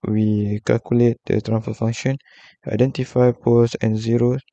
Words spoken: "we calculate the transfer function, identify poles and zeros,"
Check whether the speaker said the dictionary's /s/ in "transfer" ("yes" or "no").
no